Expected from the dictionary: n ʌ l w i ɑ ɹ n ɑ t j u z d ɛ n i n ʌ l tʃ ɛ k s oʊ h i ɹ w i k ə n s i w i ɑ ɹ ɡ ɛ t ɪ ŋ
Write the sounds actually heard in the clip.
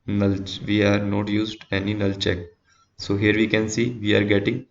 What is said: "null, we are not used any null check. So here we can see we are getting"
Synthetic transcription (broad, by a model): n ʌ l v i ɑ ɹ n ɑ t j u z d ɛ n i n ʌ l tʃ ɛ k s oʊ h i ɹ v i k ə n s i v i ɑ ɹ ɡ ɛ t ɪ ŋ